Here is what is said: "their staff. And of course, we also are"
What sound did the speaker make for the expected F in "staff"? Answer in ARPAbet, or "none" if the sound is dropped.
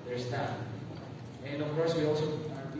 none